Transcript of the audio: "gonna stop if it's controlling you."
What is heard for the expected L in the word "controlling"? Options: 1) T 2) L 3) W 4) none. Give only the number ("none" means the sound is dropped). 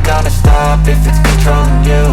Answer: 4